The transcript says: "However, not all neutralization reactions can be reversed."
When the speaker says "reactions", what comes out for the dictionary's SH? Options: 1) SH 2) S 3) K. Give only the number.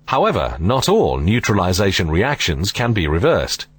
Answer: 1